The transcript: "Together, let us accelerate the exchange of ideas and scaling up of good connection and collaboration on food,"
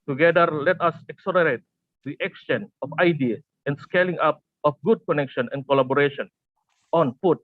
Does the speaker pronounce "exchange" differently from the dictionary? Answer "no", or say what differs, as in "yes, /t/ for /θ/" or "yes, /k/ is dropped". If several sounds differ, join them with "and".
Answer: yes, /dʒ/ is dropped